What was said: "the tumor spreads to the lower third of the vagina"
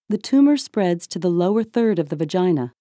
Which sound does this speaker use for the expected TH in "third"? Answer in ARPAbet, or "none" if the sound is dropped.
TH